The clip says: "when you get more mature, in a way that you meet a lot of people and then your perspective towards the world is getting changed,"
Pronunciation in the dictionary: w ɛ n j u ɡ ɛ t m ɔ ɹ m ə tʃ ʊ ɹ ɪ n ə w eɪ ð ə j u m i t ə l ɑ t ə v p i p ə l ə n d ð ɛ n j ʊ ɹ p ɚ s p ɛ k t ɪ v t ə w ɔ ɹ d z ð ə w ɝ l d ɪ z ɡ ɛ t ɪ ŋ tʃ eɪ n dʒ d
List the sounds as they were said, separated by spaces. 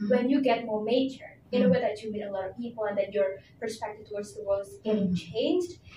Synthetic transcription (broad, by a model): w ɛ n j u ɡ ɛ t m ɔ ɹ m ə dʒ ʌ ɹ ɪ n ə w eɪ ð ə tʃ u m i t ə l ɑ t ə v p i p l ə n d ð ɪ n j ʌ ɹ p ɚ s p ɛ k t ɪ v t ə w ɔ ɹ d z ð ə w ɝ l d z ɡ ɛ t ɪ ŋ tʃ eɪ n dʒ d